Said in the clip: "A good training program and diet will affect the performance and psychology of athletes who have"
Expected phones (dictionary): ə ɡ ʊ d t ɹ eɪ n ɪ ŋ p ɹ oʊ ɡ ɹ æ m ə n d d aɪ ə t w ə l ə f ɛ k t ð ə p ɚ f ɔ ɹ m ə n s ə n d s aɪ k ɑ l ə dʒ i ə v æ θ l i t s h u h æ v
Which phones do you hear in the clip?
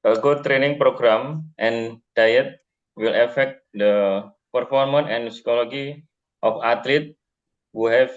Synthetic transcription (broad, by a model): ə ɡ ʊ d t ɹ eɪ n ɪ ŋ p ɹ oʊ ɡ ɹ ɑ m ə n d d aɪ ə t w ə l ə f ɛ k t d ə p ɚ f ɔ ɹ m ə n ə n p s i k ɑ l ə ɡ i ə f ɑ t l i t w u h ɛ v